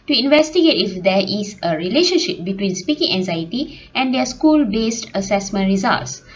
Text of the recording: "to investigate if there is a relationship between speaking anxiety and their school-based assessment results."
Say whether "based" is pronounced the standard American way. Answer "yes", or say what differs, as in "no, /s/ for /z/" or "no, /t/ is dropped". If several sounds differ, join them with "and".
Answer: yes